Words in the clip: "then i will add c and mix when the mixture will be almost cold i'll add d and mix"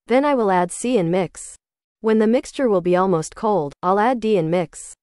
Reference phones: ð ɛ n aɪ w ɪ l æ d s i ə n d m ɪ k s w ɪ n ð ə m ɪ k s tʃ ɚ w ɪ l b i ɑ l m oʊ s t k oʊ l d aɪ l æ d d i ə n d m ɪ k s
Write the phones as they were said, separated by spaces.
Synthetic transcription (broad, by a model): ð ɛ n aɪ w ɪ l æ d s i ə n m ɪ k s w ɪ n ð ə m ɪ k s tʃ ɚ w ɪ l b i ɑ l m oʊ s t k oʊ l d aɪ l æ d d i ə n m ɪ k s